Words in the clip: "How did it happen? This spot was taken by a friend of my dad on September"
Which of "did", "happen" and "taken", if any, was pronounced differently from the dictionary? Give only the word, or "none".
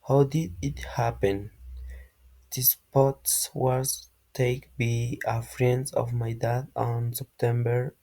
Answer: taken